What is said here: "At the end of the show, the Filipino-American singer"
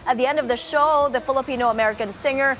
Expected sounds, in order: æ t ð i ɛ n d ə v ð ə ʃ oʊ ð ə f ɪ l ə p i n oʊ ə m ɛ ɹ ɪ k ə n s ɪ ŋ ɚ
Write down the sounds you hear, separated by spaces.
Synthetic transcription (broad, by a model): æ t ð i ɛ n d ə v ð ə ʃ oʊ ð ə f ɪ l ə p i n oʊ ə m ɛ ɹ ɪ k ə n s ɪ ŋ ɚ